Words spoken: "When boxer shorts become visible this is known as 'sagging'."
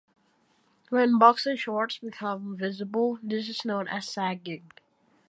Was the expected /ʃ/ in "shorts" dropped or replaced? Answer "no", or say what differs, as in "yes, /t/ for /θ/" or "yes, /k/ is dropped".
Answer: no